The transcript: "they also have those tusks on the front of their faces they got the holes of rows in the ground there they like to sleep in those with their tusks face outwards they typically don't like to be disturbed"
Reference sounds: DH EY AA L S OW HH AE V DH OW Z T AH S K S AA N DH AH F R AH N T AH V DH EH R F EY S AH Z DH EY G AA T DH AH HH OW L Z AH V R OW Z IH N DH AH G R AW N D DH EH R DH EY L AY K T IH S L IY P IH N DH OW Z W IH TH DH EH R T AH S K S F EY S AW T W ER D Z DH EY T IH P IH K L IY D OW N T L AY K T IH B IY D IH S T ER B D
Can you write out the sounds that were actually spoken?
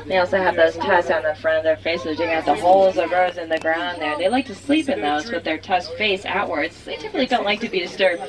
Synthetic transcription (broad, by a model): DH EY AA L S OW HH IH V DH OW Z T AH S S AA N DH AH F R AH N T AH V DH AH R F EY S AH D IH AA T DH AH HH OW L Z AH V R OW Z IH N DH AH G R AW N DH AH R DH EY L AY K T IH S L IY P IH N DH OW Z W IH DH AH R T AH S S F EY S AW T W ER D Z DH EY T IH P IH K L IY D OW N T L AY K T IH B IY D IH S T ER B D